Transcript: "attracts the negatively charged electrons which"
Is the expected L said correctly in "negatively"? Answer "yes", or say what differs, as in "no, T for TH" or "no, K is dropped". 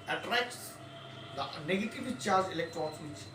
no, L is dropped